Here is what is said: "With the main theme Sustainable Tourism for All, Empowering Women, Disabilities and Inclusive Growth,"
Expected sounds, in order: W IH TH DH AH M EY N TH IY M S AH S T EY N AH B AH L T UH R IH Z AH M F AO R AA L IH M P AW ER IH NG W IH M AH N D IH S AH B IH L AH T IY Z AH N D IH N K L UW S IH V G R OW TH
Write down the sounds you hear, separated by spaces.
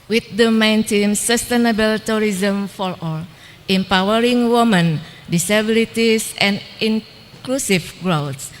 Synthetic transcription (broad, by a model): W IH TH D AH M EY N T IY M S AH S T EY N AH B AH L T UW R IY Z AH M F AO R AA L IH M P AW ER IH NG W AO M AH N D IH S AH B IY L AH T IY S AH N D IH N K L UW S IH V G R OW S